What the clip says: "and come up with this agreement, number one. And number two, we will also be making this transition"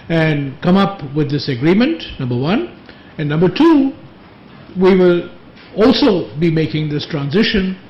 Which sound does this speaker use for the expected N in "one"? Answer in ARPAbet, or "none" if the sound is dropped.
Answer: N